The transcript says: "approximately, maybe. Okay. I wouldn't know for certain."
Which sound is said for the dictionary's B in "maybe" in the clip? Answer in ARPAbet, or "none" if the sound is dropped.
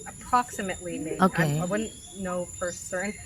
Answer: none